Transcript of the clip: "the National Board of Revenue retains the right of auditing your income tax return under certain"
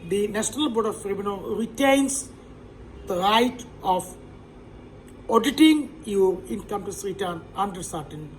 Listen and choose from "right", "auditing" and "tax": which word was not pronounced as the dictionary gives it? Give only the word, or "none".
tax